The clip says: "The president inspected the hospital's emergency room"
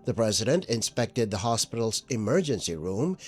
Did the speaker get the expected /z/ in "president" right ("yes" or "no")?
yes